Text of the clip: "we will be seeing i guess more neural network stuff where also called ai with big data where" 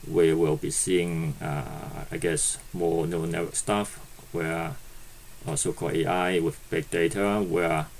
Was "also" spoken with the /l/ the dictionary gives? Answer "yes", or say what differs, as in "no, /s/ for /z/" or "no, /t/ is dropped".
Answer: no, /l/ is dropped